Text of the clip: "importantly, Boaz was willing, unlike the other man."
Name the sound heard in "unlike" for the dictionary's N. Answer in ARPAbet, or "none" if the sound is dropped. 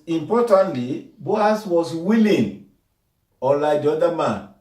none